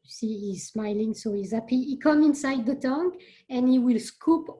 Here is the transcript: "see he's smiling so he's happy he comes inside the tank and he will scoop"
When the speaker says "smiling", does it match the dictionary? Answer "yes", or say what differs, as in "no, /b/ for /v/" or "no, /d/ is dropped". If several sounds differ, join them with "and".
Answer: yes